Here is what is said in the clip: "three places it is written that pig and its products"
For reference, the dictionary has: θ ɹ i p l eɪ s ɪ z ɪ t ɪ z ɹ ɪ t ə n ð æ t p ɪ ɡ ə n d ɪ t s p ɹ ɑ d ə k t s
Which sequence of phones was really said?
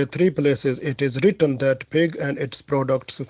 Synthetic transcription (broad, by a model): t ɹ i p l eɪ s ɪ z ɪ t ɪ z ɹ ɪ t ə n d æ t p ɪ ɡ ə n d ɪ t s p ɹ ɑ d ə k t s